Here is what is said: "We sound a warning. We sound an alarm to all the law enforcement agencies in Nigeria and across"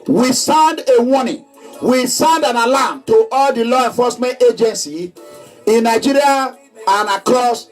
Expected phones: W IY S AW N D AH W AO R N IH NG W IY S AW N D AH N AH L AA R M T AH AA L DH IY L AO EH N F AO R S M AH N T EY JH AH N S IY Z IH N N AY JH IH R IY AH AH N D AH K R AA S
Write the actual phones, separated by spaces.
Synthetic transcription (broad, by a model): W IY S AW N D AH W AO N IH W IY S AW N D AH N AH L AA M T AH AA L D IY L AO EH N F AO S M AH N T EY JH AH N S IY IH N N AY JH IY R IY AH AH N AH K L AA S